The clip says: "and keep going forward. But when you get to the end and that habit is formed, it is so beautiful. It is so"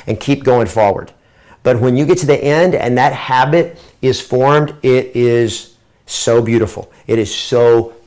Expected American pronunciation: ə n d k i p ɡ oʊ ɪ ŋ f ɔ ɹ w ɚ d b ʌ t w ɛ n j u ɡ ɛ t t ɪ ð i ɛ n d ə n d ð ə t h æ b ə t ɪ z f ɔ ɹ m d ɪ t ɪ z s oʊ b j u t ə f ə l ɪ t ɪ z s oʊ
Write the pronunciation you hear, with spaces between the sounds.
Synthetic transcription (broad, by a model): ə n k i p ɡ oʊ ɪ ŋ f ɔ ɹ w ɚ d b ʌ t w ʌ n j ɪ ɡ ɛ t t ɪ ð i ɛ n d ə n ð ə t h æ b ə t ɪ z f ɔ ɹ m d ɪ t ɪ z s oʊ b j u t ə f l ɪ t ɪ z s oʊ